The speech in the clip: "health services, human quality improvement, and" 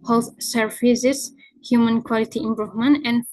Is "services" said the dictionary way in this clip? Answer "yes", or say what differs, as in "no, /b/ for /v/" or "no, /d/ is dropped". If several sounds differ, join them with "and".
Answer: no, /f/ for /v/